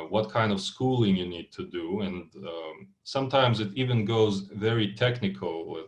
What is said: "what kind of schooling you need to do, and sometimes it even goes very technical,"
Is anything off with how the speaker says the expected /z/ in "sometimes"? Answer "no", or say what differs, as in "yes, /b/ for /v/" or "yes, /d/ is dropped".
no